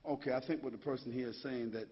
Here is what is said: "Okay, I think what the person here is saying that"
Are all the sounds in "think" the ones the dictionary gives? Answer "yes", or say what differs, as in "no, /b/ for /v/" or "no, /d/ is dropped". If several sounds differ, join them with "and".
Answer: yes